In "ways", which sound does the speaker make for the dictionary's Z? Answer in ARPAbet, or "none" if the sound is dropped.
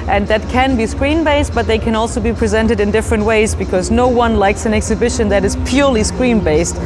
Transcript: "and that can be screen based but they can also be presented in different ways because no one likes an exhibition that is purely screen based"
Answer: Z